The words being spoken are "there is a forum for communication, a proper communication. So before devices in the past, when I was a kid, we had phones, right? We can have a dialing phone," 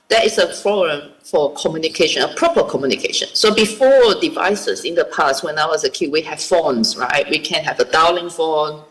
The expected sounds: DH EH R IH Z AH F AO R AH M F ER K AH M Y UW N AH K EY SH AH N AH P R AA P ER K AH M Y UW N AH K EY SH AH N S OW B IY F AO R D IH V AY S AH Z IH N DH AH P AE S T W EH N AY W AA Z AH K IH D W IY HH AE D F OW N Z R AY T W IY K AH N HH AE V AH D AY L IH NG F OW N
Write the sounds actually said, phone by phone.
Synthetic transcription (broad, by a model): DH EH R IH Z AH P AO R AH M F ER K AH M Y UW N AH K EY SH AH N AH P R AA P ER K AH M Y UW N AH K EY SH AH N S OW B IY F AO D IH V AY S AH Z IH N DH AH P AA S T W EH N AY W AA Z AH K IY W IY HH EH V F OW N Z R AY T W IY K AH N HH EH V AH D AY L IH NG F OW N